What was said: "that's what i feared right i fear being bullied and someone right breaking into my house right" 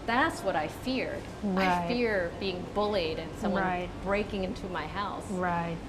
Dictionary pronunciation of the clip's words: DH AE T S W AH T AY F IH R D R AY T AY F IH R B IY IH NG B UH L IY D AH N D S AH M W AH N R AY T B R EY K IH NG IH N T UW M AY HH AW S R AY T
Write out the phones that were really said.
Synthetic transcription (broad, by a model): DH AE T S W AH T AY F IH R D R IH AY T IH R B IY IH NG B UH L IY D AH N S AH M W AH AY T B R EY K IH NG IH N T UW M AY HH AW S R AY T